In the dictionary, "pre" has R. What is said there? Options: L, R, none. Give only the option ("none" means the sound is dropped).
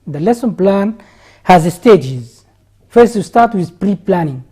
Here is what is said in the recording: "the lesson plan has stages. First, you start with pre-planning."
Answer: R